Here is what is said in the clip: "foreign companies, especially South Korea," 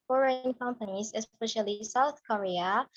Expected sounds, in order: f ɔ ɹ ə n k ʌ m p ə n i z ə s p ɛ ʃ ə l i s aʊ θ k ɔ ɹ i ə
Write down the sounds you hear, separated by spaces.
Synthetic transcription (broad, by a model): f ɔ ɹ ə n k ʌ m p ə n i z ə s p ɛ ʃ ə l i s aʊ θ k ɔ ɹ i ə